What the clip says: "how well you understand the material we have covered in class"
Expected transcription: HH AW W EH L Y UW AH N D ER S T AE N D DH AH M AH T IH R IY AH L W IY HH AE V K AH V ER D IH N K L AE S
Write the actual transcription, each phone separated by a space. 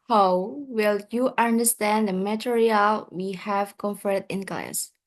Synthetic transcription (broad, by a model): HH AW W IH L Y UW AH N D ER S T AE N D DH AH M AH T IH R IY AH L W IY HH AE V K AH F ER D IH N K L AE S